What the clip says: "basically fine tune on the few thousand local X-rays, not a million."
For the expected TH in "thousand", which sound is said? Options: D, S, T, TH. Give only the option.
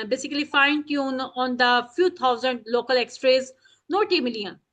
T